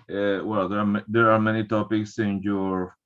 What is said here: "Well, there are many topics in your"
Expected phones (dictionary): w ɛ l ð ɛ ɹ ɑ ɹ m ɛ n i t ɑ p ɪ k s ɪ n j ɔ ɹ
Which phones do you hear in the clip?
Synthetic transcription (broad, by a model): w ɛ l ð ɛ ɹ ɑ ɹ m ɛ n i t ɑ p ɪ k s ɪ n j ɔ ɹ